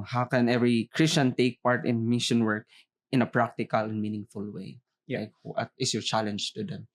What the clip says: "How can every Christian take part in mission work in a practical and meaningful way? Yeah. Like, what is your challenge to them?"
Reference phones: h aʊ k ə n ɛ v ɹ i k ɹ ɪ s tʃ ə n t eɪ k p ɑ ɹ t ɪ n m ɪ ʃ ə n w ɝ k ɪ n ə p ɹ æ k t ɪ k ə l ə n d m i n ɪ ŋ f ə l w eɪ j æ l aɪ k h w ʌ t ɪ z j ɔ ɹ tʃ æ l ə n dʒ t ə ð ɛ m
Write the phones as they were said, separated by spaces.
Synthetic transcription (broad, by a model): h aʊ k ə n ɛ v ɹ i k ɹ ɪ s tʃ ə n t eɪ k p ɑ ɹ t ɪ n m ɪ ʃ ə n w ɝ k ɪ n ə p ɹ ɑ k t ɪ k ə l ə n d m i n ɪ ŋ f ə l w eɪ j l aɪ k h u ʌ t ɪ s j ɔ ɹ tʃ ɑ l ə n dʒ t ə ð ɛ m